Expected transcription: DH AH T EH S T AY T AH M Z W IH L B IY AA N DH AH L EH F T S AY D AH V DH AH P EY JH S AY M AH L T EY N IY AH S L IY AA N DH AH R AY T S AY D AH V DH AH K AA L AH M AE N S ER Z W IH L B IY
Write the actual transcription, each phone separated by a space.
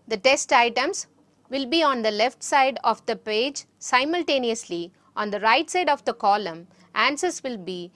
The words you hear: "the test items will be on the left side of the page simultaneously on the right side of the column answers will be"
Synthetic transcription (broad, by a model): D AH T EH S T AY T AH M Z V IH L B IY AA N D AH L EH F T S AY D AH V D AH P EY JH S AY M AH L T EY N IY AH S L IY AA N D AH R AY T S AY D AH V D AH K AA L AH M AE N S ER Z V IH L B IY